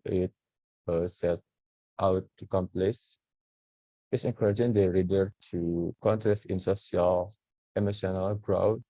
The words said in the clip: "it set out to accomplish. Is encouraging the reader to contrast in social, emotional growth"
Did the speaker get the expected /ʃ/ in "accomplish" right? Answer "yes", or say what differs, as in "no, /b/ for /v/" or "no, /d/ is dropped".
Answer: no, /s/ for /ʃ/